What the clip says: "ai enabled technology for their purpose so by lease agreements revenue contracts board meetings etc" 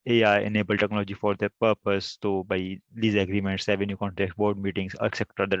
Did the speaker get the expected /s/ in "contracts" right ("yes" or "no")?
no